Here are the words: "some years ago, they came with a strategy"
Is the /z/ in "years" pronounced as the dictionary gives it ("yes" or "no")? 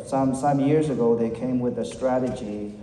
yes